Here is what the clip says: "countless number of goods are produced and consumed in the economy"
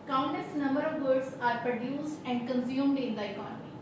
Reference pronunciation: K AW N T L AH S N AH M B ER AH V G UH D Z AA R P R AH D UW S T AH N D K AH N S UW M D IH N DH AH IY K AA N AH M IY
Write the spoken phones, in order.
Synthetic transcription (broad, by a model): K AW N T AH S N AH M B ER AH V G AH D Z AA R P R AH D UW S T AH N D K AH N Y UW M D IH N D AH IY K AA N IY